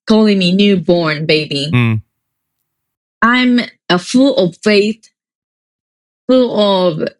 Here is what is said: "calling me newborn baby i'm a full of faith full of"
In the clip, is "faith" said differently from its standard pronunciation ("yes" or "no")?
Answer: no